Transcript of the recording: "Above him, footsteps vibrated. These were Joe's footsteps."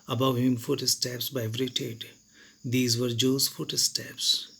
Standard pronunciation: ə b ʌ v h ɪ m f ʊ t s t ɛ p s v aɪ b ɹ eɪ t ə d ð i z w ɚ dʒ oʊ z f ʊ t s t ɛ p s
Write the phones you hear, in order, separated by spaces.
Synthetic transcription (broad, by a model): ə b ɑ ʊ h ɪ m f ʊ t s t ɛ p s b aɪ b ɹ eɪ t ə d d i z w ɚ dʒ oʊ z f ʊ t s t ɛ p s